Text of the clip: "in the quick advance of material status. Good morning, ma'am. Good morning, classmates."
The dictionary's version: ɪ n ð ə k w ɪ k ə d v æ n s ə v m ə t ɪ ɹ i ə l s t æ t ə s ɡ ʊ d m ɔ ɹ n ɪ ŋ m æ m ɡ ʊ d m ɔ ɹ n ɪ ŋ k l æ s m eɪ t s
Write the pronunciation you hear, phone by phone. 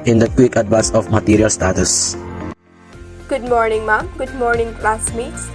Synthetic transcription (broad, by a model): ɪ n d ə k w ɪ k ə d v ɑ s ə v m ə t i ɹ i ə l s t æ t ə s ɡ ʊ d m ɔ ɹ n ɪ ŋ m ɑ m ɡ ʊ d m ɔ ɹ n ɪ ŋ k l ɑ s m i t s